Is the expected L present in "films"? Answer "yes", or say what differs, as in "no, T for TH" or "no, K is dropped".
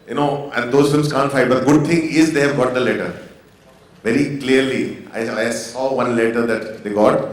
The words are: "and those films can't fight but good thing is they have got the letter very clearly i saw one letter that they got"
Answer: no, L is dropped